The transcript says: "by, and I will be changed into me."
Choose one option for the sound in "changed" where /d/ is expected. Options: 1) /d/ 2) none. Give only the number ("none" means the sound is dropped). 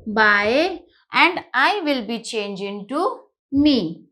2